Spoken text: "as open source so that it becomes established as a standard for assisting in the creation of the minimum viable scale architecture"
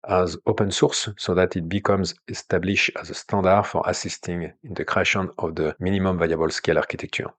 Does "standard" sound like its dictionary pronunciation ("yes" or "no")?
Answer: no